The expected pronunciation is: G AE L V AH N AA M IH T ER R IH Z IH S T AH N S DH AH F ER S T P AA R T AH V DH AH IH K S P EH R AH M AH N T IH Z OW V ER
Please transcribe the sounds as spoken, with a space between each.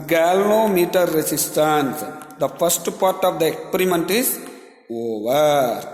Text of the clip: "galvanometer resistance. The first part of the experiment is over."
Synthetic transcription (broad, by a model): G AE L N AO M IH T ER R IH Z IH S T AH N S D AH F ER S T P AA R T AH V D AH IH K S P EH R AH M AH N T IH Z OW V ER